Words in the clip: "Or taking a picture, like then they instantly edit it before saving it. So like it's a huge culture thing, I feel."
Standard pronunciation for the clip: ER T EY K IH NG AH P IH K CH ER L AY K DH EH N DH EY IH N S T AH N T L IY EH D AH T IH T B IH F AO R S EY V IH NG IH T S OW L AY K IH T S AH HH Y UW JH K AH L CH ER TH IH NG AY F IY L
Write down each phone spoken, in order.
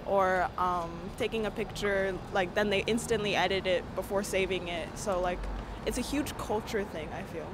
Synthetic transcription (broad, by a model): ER T EY K IH NG AH P IH K CH ER L AY K DH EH N DH EY IH N S T AH N T L IY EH D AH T IH T B IH F AO R S EY V IH NG IH T S OW L AY K IH T S AH HH Y UW JH K AH L CH ER TH IH NG AY F IY L